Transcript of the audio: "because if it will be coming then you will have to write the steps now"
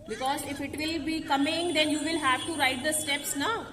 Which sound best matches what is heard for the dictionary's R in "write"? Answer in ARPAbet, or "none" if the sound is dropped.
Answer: R